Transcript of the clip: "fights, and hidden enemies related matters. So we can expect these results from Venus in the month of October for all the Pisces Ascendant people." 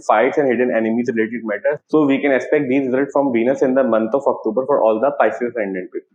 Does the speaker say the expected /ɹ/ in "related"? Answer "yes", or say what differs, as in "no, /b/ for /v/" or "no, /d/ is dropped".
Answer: yes